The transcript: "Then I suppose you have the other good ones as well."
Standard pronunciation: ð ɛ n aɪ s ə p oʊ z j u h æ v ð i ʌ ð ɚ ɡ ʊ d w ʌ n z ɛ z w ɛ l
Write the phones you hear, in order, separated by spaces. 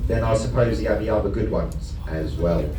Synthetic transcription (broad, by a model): ð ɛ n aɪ s ə p oʊ z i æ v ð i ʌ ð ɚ ɡ ʊ d w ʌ n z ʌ z w ɛ l